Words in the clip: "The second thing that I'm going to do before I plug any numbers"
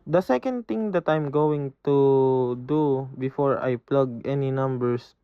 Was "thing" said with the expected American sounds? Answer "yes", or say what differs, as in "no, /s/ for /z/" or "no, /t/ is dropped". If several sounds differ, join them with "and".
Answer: no, /t/ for /θ/